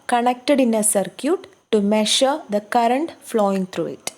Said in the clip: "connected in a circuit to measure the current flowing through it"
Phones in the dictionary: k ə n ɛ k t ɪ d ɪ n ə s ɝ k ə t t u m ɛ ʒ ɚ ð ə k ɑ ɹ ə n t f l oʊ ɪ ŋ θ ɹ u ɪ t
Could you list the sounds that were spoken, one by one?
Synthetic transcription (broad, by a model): k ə n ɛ k t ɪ d ɪ n ə s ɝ k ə t t u m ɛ ʃ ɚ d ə k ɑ ɹ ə n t f l oʊ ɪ ŋ t ɹ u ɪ t